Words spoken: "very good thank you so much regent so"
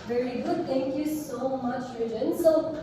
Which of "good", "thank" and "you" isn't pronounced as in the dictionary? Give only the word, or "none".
thank